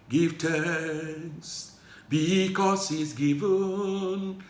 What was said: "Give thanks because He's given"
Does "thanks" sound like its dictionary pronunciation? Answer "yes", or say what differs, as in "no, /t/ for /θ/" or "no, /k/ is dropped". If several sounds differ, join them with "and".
no, /t/ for /θ/ and /k/ is dropped